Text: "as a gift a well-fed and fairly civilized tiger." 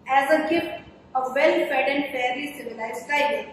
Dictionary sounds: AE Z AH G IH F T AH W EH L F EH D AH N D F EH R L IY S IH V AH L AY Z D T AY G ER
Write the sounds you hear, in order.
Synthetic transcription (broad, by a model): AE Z AH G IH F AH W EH L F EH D AH N D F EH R IY S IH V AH L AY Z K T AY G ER